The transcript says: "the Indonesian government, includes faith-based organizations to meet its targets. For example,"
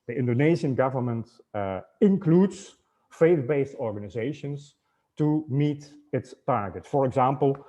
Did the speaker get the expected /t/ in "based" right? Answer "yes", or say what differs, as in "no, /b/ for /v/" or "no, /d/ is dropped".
yes